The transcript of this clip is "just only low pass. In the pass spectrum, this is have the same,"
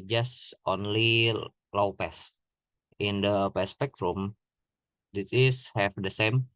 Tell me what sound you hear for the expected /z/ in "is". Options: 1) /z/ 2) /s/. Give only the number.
2